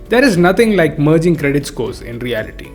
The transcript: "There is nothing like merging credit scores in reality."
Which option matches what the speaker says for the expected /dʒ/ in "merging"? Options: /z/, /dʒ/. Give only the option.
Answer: /dʒ/